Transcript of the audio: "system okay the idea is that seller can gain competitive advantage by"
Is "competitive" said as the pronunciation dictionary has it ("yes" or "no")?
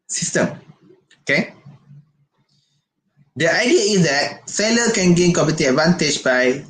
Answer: no